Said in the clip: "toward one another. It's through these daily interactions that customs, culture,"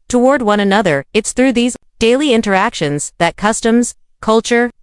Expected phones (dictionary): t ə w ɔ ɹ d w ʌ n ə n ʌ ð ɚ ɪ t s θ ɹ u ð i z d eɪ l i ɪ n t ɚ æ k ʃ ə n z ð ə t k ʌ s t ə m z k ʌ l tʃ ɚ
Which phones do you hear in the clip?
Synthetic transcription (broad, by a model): t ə w ɔ ɹ d w ʌ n ə n ʌ ð ɚ ɪ t s θ ɹ u ð i z d eɪ l i ɪ n t ɚ æ k ʃ ə n z ð ə t k ʌ s t ə m z k ʌ l tʃ ɚ